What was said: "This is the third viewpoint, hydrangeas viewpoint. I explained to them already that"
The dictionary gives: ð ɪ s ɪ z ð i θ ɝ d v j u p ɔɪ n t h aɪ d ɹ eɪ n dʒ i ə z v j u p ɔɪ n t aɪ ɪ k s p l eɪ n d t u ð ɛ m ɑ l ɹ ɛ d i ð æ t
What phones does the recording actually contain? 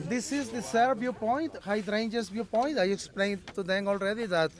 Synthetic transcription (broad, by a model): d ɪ s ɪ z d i s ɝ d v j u p ɔɪ n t h aɪ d ɹ eɪ n dʒ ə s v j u p ɔɪ n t aɪ ɪ k s p l eɪ n d t u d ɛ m ɑ l ɹ ɛ d i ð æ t